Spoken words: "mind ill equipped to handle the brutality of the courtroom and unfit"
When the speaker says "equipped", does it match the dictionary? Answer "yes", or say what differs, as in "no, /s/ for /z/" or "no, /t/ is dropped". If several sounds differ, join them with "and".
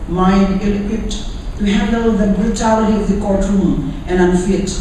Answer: no, /p/ is dropped